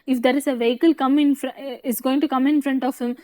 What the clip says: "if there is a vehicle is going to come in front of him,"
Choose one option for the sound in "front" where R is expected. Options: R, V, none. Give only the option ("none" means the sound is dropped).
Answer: R